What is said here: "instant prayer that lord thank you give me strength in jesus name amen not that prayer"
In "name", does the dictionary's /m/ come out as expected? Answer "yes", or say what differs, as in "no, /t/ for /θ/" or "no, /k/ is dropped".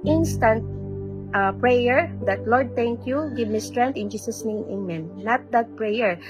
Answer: no, /m/ is dropped